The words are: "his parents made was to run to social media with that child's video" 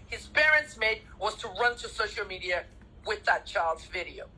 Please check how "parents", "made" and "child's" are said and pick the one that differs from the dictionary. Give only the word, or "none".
none